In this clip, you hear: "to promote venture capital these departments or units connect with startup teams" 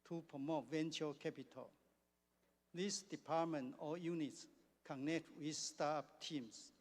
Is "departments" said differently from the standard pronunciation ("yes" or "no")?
yes